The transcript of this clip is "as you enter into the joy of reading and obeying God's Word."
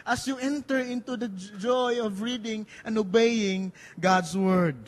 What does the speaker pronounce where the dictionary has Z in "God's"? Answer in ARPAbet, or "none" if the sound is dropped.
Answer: S